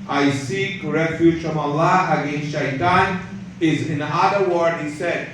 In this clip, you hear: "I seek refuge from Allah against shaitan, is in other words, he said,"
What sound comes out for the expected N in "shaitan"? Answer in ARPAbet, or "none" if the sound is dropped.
N